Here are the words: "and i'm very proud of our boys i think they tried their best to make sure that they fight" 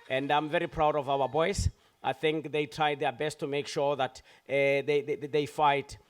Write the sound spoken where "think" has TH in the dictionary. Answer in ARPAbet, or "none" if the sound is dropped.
TH